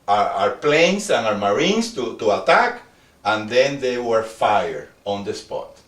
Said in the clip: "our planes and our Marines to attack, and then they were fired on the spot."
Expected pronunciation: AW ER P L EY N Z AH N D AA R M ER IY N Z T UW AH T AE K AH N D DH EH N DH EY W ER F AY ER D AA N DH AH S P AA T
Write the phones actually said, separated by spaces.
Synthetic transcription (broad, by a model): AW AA P L EY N S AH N AA R M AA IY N S T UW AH T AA K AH N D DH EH N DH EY W ER F AY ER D AA N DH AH S P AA T